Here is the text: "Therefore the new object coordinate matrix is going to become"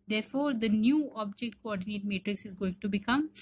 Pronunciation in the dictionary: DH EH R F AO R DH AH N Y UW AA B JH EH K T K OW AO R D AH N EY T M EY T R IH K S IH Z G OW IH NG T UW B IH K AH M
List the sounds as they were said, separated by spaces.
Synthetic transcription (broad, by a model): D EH R F AO R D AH N Y UW AA B JH EH K T K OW AO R D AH N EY T M EY T R IH K S IH Z G OW IH NG T UW B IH K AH M